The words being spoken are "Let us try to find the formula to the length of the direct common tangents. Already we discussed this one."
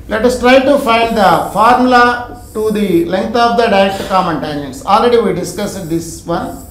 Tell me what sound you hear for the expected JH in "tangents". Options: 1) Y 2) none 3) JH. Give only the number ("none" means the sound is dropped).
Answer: 2